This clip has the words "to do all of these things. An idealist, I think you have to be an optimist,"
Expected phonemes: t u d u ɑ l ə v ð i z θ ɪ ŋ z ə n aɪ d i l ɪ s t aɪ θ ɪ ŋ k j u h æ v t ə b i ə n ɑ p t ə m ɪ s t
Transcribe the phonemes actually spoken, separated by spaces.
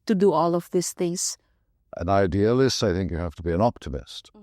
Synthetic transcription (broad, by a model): t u d u ɑ l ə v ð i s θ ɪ ŋ s ə n aɪ d i l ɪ s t aɪ θ ɪ ŋ k j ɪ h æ f t ə b i ə n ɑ p t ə m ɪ s t